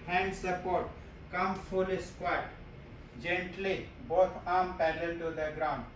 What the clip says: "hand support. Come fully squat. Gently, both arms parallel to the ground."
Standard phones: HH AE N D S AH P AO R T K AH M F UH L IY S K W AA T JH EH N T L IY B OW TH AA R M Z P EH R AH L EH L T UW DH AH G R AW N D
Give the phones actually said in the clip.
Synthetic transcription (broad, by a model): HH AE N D S AH P AO R T K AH M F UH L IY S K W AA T JH EH N T L IY B OW T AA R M P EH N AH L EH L T UW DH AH G R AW N D